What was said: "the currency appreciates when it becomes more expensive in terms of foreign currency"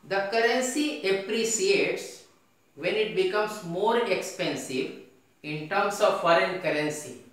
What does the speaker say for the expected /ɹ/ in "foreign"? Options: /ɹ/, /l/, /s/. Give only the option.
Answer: /ɹ/